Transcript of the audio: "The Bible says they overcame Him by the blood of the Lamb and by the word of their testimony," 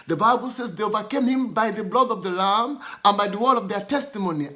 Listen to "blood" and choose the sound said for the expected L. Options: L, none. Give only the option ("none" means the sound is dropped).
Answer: L